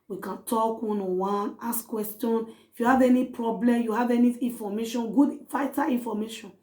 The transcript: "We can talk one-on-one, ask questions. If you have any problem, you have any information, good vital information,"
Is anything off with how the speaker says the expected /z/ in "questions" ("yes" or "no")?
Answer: yes